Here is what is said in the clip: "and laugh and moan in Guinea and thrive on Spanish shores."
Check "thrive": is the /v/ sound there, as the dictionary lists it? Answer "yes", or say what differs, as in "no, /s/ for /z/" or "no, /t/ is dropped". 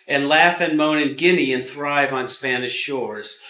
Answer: yes